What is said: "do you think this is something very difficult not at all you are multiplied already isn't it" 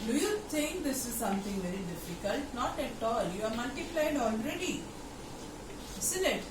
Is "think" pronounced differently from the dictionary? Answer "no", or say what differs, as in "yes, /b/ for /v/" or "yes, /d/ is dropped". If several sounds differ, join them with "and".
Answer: yes, /t/ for /θ/